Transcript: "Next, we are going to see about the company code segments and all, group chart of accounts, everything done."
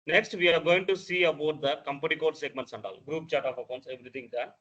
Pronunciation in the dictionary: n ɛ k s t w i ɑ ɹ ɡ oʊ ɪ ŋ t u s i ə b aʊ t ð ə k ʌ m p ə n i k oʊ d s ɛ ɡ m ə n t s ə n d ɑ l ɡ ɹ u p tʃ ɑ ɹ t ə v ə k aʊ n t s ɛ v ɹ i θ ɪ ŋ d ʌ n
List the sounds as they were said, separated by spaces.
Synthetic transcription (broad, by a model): n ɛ k s t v i ɑ ɹ ɡ oʊ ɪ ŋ t u s i ə b aʊ t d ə k ʌ m p ə n i k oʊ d s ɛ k m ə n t s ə n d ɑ l ɡ ɹ u p tʃ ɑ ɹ t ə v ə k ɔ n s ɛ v ɹ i t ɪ ŋ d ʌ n